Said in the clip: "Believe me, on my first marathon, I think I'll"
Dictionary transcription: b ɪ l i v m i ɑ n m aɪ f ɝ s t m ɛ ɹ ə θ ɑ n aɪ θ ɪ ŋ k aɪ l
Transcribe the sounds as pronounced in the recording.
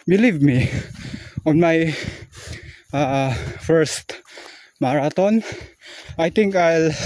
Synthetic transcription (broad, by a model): b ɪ l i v m i ɑ n m aɪ f ɝ s t m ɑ ɹ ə t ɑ n aɪ t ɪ ŋ k aɪ l